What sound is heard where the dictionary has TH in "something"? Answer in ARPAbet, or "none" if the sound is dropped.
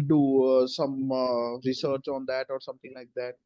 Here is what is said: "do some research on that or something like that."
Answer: T